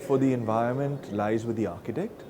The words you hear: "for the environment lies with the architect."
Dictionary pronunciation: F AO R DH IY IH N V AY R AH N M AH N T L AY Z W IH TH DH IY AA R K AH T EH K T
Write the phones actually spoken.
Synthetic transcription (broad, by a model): F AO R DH IY IH N V AY R AH N M AH N T L AY Z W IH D IY AA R K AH T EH K T